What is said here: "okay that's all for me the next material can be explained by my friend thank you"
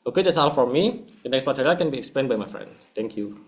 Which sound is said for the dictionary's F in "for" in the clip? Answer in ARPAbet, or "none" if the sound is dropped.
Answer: F